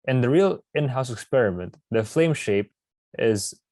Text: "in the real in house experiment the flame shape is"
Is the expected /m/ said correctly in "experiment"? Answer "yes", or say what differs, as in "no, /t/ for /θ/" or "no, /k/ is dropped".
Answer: yes